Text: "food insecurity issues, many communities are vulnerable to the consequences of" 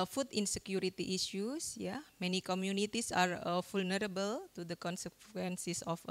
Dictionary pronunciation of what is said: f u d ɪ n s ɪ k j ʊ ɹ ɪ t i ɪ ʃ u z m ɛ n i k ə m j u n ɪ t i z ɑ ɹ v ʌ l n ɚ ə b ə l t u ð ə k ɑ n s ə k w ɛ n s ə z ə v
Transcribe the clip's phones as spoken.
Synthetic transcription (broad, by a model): f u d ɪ n s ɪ k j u ɹ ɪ t i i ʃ u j m ɛ n i k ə m j u n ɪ t i s ɑ ɹ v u l n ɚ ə b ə l t u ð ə k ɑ n s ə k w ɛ n s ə s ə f